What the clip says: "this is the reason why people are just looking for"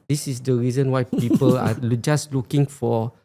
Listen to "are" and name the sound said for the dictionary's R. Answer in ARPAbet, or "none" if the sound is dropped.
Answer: L